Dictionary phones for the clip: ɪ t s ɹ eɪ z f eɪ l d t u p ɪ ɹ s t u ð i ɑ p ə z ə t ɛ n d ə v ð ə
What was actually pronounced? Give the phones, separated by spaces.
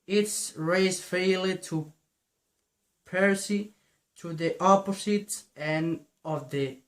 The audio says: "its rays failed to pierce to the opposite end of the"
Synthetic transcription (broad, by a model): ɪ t s ɹ eɪ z f eɪ l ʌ t u p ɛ ɹ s t u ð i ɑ p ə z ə t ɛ n ə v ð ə